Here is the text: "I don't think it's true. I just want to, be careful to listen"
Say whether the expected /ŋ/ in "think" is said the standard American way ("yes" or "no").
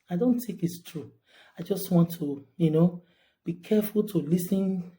no